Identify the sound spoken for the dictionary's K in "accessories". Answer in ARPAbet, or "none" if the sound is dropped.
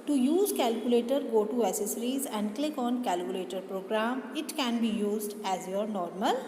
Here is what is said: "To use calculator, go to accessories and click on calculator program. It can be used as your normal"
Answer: none